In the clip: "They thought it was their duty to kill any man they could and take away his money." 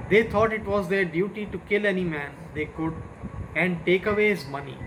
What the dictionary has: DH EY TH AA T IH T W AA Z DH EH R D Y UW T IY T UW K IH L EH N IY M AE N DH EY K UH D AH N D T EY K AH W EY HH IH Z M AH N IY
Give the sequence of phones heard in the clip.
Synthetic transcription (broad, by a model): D EY T AA T IH T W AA Z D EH R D Y UW T IY T UW K IH L EH N IY M AE N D EY K UH D AH N D T EY K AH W EY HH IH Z M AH N IY